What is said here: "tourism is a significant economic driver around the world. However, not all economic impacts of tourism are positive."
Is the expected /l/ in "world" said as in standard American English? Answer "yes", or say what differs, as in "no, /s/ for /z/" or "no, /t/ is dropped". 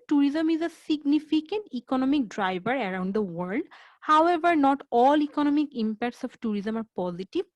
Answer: yes